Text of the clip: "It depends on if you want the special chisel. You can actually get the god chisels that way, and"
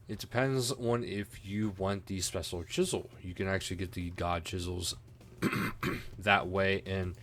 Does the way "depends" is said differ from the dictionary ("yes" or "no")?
no